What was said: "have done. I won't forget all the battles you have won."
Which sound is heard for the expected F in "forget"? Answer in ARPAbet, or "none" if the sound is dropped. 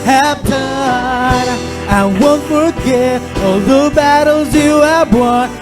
F